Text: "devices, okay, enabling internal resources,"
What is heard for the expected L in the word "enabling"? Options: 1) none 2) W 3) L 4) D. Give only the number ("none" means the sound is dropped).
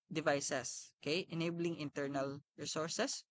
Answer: 3